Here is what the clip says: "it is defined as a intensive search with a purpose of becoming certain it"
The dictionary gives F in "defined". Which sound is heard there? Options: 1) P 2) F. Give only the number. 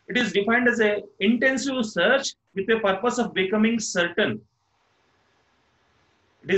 2